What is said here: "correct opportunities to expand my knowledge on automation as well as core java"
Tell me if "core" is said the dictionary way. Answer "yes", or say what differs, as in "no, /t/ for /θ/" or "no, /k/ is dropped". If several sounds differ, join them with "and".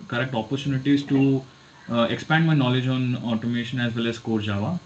yes